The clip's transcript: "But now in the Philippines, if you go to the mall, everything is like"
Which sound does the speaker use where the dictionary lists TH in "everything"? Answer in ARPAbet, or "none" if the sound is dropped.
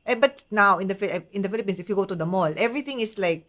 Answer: T